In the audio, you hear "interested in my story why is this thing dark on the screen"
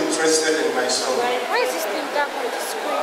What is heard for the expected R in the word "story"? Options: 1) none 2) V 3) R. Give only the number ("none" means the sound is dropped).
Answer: 1